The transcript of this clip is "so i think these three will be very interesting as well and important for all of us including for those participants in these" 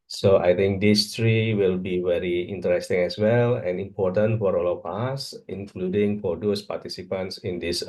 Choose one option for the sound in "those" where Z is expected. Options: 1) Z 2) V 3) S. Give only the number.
3